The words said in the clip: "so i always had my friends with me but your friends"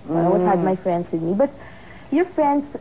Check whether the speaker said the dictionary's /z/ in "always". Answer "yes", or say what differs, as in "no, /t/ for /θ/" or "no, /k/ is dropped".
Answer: no, /z/ is dropped